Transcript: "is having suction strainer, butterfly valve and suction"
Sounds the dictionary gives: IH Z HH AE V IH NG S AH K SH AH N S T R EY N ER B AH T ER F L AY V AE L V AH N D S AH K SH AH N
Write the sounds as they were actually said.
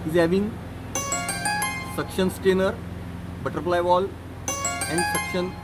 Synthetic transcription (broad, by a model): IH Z HH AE V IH NG S AH K SH AH N S T EY N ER B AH T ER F L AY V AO L AH N D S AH K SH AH N